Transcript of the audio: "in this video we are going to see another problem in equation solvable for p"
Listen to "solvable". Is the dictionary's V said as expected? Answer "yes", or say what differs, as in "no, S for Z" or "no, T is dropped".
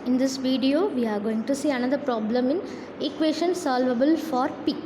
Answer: yes